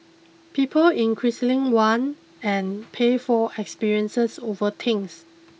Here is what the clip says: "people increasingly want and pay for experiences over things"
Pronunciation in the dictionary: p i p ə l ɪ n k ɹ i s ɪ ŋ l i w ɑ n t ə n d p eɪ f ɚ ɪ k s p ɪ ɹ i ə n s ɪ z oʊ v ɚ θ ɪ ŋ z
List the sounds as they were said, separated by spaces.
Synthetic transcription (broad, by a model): p i p ə l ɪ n k ɹ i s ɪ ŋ w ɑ n ə n p eɪ f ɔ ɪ k s p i ɹ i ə n s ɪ s oʊ v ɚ t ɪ ŋ s